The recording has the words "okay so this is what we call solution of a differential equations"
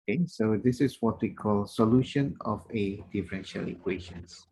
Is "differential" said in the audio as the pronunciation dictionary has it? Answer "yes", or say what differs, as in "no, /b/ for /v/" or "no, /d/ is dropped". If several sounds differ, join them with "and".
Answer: yes